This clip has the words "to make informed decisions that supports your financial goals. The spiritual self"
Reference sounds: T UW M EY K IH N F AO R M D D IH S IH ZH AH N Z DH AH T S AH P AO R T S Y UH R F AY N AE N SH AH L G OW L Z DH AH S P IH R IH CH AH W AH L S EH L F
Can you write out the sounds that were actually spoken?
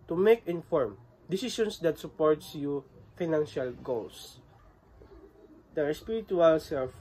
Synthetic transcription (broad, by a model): T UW M EY K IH N F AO R M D D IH S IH S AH N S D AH T S AH P AO R T S Y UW F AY N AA N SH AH L G OW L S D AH S P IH R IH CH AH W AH L S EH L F